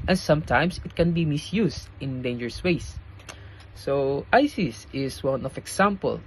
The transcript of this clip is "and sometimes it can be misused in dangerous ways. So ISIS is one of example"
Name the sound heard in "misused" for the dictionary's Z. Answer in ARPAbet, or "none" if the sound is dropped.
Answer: S